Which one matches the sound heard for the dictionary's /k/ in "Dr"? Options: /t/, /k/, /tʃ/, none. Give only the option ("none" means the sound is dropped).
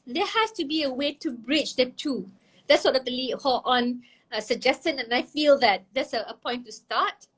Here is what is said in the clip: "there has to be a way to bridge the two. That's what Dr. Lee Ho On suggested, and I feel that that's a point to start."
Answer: none